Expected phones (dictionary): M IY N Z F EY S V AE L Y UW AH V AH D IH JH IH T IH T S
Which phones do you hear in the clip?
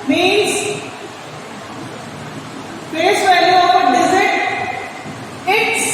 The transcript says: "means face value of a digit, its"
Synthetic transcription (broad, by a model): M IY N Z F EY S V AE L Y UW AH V AH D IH Z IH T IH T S